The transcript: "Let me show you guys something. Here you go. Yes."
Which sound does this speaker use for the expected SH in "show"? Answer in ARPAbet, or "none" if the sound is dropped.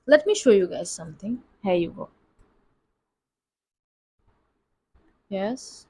SH